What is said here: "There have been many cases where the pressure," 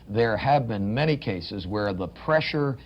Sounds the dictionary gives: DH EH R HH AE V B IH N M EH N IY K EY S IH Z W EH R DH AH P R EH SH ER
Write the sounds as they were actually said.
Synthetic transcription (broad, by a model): DH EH R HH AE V B IH N M EH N IY K EY S IH Z W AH R DH AH P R EH SH ER